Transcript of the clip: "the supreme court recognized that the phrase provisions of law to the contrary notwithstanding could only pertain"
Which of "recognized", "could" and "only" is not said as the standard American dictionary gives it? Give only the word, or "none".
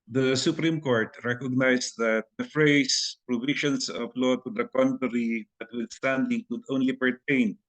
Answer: recognized